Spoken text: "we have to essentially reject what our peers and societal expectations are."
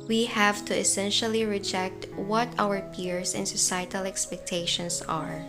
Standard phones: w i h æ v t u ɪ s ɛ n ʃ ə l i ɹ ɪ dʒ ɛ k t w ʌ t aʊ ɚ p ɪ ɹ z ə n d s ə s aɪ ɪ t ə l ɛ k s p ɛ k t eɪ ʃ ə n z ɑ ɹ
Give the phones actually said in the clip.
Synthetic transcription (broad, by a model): w i h æ v t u ɪ s ɛ n ʃ ə l i ɹ ɪ dʒ ɛ k t w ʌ t aʊ ɚ p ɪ ɹ s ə n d s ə s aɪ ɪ t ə l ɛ k s p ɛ k t eɪ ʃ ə n s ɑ ɹ